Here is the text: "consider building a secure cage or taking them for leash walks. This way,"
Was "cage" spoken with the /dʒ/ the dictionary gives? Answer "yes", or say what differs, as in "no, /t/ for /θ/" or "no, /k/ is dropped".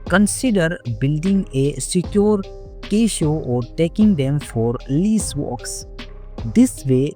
no, /ʃ/ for /dʒ/